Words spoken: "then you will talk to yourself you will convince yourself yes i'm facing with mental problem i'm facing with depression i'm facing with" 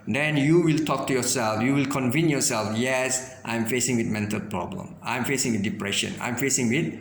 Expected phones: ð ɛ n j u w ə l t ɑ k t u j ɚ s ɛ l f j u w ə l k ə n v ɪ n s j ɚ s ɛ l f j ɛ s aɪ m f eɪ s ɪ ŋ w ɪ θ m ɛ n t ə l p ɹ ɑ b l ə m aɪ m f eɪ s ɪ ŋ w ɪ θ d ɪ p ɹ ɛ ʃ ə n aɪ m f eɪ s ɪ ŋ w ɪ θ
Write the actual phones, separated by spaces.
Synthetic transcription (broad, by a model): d ɛ n j u w ə l t ɑ k t u j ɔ s ɛ l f j u w ə l k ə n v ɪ n j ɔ s ɛ l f j ɛ s aɪ m f eɪ s ɪ ŋ w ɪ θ m ɛ n t ə l p ɹ ɑ b l ə m aɪ m f eɪ s ɪ ŋ w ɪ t d ɪ p ɹ ɛ ʃ ə n aɪ m f eɪ s ɪ ŋ w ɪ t